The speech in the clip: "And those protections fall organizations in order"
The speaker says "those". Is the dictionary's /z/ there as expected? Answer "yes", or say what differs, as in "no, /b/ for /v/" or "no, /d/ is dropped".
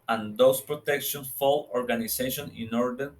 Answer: no, /s/ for /z/